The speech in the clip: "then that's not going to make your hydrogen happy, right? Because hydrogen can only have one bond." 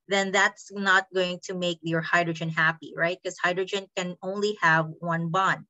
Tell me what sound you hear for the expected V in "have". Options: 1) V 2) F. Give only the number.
1